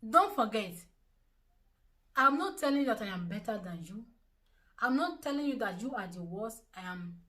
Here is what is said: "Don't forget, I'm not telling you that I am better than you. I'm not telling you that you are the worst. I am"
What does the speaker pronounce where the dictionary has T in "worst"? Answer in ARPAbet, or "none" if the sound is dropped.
none